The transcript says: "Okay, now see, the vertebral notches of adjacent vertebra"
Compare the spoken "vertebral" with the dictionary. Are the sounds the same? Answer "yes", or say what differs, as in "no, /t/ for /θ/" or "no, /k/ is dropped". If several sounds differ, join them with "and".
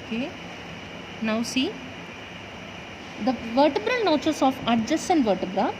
yes